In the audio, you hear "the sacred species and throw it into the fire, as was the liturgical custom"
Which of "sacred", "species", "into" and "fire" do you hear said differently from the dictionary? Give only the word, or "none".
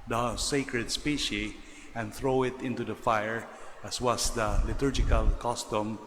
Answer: species